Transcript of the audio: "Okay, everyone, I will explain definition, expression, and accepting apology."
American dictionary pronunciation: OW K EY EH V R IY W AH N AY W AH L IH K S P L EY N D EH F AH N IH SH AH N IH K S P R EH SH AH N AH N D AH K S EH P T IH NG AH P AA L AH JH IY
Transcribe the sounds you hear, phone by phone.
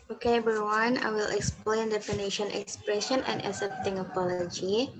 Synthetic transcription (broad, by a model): OW K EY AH R W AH N AY W AH L IH K S P L EY N D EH F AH N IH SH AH N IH K S P R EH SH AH N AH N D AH S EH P T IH NG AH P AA L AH JH IY